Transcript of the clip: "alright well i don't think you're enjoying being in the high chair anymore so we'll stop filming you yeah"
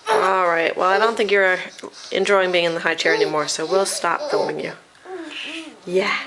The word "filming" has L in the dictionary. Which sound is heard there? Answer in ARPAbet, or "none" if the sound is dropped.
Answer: none